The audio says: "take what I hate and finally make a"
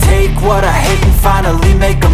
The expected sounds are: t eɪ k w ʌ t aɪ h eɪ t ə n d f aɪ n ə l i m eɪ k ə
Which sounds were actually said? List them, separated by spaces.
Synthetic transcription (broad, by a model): t eɪ k w ʌ t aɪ h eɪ ə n f aɪ n ə l i m eɪ k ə